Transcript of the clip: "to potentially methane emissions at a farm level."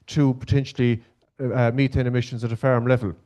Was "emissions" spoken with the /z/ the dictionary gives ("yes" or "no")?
yes